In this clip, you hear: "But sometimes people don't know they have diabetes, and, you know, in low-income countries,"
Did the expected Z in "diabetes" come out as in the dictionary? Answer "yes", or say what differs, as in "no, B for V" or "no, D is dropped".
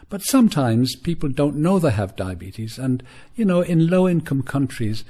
yes